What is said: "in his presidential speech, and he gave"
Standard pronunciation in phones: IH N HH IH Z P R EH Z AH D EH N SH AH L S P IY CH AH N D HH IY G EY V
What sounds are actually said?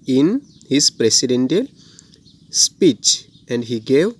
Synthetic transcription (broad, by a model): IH N HH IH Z P R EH S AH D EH N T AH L S P IY CH AH N D HH IY G EY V